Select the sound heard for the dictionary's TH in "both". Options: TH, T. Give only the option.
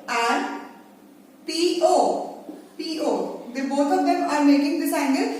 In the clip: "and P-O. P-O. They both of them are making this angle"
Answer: T